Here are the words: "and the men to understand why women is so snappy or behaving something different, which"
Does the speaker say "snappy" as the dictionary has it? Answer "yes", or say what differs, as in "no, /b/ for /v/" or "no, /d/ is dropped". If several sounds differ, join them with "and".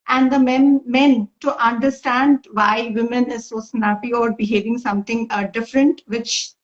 no, /b/ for /p/